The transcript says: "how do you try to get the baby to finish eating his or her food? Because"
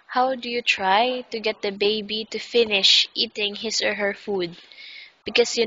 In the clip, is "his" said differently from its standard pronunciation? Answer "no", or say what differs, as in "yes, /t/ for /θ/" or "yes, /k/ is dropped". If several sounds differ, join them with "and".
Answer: yes, /s/ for /z/